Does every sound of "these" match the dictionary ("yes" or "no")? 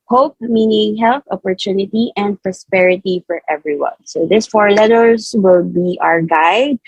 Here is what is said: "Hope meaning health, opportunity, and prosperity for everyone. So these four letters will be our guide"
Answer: no